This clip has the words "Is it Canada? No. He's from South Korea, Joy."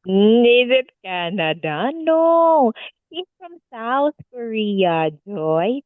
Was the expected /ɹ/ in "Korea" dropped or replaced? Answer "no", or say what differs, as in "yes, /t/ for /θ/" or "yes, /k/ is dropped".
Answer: no